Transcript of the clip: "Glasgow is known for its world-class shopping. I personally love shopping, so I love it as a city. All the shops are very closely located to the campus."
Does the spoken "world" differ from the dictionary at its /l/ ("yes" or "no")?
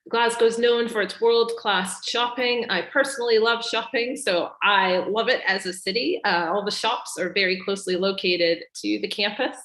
no